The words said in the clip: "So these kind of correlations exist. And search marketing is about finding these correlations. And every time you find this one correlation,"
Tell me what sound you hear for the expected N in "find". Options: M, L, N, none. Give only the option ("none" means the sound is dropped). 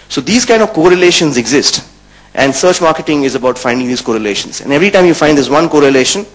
none